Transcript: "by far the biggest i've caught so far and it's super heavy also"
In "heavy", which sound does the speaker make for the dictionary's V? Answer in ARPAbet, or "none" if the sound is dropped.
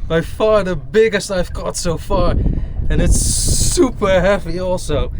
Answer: P